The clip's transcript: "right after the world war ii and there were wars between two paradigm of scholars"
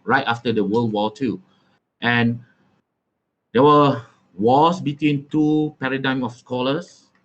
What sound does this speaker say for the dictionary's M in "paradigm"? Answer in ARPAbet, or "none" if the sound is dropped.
M